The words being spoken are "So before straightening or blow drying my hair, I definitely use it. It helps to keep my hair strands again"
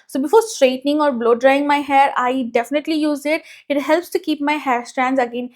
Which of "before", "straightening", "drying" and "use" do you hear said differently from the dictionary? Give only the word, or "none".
none